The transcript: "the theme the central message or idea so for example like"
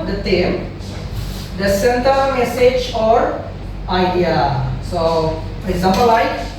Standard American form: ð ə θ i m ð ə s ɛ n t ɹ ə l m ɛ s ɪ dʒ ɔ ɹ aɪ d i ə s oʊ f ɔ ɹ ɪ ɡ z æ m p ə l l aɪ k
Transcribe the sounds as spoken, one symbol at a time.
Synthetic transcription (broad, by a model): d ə t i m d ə s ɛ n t ə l m ɛ s ɪ dʒ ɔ ɹ aɪ d i ə s oʊ f ɔ ɹ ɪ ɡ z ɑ m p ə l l aɪ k